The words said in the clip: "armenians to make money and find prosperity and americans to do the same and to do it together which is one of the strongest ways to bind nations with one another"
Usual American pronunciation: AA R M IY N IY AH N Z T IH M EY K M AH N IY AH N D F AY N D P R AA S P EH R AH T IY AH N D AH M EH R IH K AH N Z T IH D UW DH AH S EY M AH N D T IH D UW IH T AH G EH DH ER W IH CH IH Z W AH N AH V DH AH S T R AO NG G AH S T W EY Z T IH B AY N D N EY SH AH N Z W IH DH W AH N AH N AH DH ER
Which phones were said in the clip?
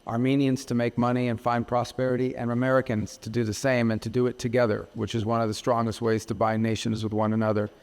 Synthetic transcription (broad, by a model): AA R M IY N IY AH N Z T IH M EY K M AH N IY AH N F AY N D P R AA S P EH R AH T IY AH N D AH M EH R IH K AH N Z T IH D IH DH AH S EY M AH N T IH D IH T AH G EH DH ER W IH CH IH Z W AH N AH V DH AH S T R AO NG G AH S T W EY Z T IH B AY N N EY SH AH N Z W IH DH W AH N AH N AH DH ER